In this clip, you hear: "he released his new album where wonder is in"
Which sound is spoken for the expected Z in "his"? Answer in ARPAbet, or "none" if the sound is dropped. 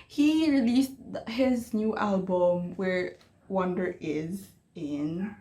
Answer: Z